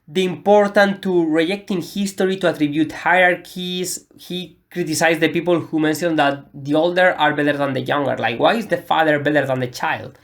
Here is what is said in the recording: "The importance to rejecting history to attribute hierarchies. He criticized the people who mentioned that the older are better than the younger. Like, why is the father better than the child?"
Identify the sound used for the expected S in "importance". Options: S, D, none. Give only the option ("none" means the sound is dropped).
none